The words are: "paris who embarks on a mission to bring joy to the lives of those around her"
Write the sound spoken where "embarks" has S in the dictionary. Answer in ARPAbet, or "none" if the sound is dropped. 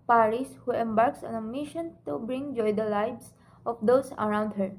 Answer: S